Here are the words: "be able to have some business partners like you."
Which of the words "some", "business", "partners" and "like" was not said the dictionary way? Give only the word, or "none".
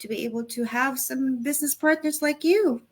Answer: none